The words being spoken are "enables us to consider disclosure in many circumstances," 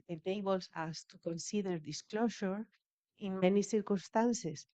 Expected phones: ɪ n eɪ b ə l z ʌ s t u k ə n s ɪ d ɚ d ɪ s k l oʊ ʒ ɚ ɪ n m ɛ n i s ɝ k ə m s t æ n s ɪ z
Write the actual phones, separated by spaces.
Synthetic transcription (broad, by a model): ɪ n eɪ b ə l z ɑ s t u k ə n s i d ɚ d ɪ s k l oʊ ʃ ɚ ɪ n m ɛ n i s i k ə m s t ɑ n s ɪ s